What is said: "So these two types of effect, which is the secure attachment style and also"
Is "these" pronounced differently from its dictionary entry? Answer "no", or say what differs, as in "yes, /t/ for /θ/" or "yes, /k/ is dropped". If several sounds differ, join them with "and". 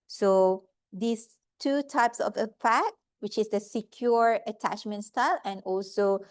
yes, /s/ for /z/